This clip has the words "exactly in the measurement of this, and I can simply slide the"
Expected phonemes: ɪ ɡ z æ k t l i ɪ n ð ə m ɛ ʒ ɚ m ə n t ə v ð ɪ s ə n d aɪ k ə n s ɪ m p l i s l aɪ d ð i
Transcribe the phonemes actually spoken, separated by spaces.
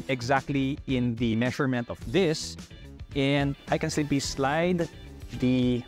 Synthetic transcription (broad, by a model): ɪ ɡ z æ k t l i ɪ n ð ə m ɛ ʃ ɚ m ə n t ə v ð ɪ s ə n d aɪ k ə n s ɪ p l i s l aɪ d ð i